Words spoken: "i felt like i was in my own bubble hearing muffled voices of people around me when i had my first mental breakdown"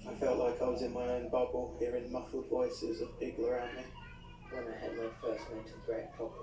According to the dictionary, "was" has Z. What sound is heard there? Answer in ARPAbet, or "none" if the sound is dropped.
Z